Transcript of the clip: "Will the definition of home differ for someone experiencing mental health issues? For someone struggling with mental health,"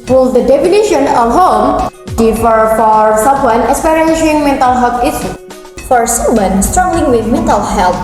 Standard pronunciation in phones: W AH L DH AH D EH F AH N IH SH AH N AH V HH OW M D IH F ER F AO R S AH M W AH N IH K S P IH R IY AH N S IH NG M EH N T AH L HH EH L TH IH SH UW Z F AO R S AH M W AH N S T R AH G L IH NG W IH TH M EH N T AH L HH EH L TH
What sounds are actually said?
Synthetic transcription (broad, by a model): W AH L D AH D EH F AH N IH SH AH N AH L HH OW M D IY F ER F AO R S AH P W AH N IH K S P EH R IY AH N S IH NG M EH N T AH L HH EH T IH S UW F AO R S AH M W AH N S T R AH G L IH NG W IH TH M EH N T AH L HH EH L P